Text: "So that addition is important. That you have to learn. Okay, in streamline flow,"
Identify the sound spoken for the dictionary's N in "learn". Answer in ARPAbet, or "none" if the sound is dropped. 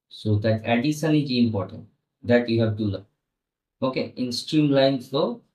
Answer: none